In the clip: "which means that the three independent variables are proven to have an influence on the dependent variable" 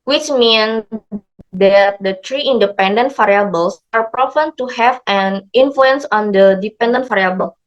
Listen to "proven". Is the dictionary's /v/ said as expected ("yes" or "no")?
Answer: no